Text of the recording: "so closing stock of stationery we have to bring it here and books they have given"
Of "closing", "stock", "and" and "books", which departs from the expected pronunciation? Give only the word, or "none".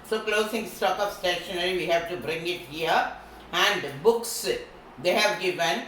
closing